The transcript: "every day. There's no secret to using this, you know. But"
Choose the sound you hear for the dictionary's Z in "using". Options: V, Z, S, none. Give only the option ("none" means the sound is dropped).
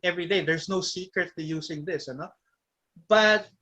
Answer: S